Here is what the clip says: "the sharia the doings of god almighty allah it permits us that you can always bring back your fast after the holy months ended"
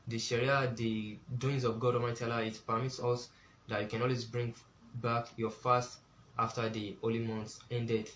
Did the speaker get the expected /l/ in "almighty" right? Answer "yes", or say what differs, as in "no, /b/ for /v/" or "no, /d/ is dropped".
no, /l/ is dropped